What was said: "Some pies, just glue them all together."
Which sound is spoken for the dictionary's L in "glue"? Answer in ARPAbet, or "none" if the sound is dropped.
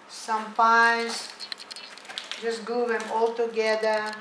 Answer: none